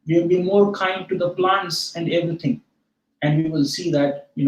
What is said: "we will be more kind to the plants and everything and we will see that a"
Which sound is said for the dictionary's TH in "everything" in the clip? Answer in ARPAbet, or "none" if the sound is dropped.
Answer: T